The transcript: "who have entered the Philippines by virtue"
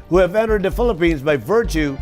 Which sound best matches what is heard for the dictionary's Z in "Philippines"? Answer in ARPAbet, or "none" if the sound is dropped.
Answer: Z